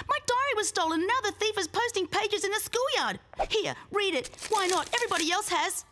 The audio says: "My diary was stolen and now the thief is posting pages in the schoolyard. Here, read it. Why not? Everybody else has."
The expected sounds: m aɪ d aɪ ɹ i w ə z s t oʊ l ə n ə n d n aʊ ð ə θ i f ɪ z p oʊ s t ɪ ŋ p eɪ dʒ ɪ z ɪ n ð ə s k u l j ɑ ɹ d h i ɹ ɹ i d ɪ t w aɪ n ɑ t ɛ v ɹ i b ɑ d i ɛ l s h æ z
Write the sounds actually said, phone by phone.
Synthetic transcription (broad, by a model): m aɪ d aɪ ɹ i w ə z s t oʊ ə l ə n n aʊ ð ə θ i f ɪ z p oʊ s t ɪ ŋ p eɪ dʒ ɪ z ɪ n ð ə s k u l j ɑ ɹ d h i ɹ ɹ i d ɪ t w aɪ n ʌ t ɛ v ɹ i b ɑ d i ɛ l s h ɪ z